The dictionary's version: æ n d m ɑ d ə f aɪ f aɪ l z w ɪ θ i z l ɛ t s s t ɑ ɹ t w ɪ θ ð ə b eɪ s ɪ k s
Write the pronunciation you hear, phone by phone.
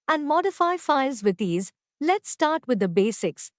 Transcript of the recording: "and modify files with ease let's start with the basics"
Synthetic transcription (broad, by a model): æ n d m ɑ d ə f aɪ f aɪ l z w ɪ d i z l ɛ t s s t ɑ ɹ t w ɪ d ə b eɪ s ɪ k s